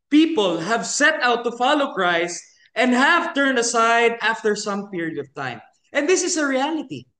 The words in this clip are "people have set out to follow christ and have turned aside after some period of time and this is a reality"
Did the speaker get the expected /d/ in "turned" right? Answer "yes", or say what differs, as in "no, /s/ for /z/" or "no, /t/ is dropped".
yes